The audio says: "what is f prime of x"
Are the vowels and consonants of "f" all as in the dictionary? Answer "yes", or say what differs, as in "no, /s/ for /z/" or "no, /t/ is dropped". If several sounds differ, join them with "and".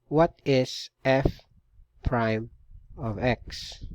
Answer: yes